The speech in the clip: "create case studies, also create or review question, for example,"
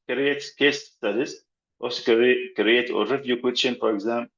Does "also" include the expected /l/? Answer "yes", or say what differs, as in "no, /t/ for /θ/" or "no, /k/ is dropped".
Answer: no, /l/ is dropped